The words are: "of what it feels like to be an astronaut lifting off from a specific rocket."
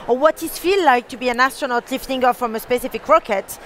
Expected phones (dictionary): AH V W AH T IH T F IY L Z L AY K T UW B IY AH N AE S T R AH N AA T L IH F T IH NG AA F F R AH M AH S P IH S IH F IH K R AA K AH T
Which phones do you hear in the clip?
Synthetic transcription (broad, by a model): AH W AH T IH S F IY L L AY K T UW B IY AH N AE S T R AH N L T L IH F T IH NG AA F F R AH M AH S P IH S IH F IH K R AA K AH T